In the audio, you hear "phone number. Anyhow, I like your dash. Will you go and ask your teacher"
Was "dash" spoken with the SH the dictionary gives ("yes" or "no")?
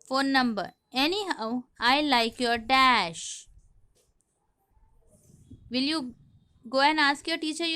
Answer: yes